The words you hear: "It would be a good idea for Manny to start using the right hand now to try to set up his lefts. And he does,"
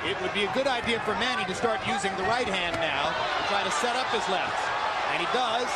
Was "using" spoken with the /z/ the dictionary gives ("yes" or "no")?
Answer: yes